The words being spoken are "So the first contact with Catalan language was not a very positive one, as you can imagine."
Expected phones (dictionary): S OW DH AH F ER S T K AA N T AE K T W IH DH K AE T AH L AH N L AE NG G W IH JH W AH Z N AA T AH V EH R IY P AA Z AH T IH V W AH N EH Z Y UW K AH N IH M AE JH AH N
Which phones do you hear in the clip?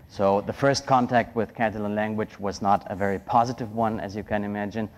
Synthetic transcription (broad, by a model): S OW DH AH F ER S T K AA N T AE K T W IH DH K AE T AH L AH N L AE NG G W IH JH W AH Z N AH T AH V EH R IY P AA Z AH T IH V W AH N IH Z Y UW K AH N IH M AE JH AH N